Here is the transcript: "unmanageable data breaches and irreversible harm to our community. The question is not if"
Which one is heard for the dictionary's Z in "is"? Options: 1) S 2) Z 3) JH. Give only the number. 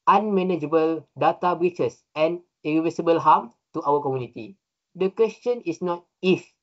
1